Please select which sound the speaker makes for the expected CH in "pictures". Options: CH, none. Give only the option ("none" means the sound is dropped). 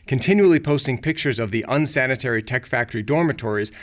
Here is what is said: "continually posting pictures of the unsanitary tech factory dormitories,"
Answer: CH